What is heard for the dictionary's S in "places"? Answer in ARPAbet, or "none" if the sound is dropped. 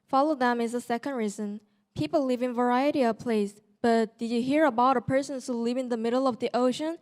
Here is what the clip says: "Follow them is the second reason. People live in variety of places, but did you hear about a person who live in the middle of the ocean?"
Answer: none